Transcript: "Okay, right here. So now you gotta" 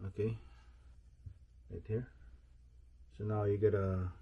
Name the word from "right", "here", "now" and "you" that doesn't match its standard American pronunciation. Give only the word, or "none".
right